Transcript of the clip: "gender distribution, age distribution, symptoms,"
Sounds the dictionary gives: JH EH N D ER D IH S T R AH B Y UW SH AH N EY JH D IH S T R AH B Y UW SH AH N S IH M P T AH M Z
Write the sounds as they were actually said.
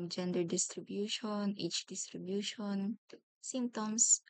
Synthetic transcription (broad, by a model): JH EH N D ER D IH S T R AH B Y UW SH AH N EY CH D IH S T R AH B Y UW SH AH N S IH M P T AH M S